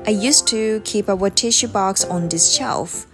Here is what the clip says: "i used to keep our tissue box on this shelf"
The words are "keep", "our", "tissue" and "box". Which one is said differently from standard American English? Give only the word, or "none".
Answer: our